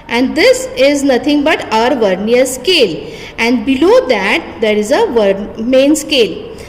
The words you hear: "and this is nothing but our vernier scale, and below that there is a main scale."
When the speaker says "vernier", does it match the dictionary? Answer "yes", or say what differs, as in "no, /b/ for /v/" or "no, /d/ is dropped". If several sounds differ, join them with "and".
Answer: yes